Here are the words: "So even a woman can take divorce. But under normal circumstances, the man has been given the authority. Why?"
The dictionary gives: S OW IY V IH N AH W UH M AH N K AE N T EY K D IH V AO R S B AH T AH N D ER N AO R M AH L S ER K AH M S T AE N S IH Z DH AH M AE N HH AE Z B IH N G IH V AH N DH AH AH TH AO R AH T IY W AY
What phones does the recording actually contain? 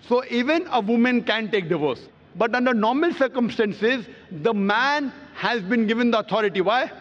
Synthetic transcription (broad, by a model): S OW IY V IH N AH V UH M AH N K AE N T EY K D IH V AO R S B AH T AH N D ER N AO R M AH L S ER K AH M S T AE N S IH Z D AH M AE N HH AE Z B IH N G IH V AH N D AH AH T AO R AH T IY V AY